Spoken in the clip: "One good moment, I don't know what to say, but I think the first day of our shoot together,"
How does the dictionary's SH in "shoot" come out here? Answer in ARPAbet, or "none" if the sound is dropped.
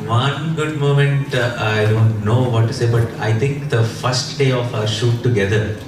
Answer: SH